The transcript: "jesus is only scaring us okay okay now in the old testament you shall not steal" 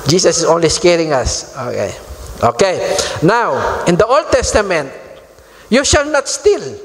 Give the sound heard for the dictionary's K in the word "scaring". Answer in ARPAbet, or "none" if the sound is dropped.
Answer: K